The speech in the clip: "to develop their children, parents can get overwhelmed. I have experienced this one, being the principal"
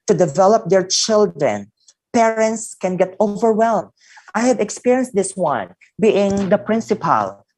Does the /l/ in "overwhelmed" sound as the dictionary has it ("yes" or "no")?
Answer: yes